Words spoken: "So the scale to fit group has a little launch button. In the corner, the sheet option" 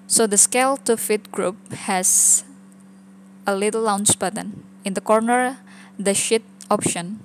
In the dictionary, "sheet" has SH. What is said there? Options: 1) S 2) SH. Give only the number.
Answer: 2